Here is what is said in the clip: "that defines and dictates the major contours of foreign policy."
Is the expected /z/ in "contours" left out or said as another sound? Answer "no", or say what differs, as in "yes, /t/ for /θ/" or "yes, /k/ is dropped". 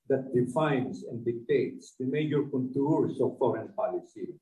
yes, /s/ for /z/